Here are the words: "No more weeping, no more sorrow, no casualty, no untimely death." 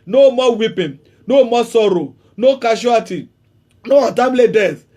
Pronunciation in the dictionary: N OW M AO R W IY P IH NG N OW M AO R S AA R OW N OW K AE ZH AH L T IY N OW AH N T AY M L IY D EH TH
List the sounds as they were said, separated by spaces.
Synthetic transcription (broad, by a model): N OW M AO W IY P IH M N OW M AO S AA R OW N OW K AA SH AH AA T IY N OW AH T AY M L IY D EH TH